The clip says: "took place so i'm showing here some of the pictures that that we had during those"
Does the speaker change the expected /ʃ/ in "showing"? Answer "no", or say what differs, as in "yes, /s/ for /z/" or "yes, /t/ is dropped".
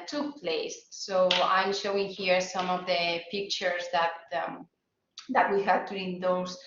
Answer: no